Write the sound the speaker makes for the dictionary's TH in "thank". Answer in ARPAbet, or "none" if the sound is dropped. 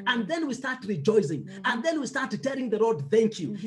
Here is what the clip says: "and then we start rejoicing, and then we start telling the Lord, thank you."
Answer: TH